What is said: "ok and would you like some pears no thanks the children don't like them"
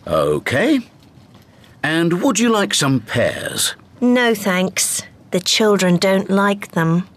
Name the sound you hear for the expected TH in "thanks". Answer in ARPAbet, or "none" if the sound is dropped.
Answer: TH